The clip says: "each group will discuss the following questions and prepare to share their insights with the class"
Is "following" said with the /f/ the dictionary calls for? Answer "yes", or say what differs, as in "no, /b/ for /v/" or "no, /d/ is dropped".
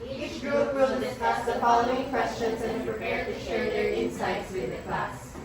no, /p/ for /f/